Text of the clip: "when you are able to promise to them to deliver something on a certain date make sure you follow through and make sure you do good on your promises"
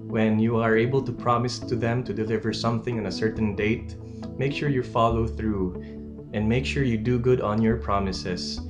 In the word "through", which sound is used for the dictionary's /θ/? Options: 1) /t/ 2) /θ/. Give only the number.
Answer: 2